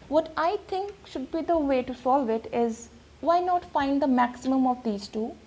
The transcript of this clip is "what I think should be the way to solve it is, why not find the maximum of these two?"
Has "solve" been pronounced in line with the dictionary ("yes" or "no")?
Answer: yes